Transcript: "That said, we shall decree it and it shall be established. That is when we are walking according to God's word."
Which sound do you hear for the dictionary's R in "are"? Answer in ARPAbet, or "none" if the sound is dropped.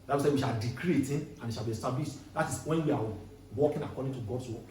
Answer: W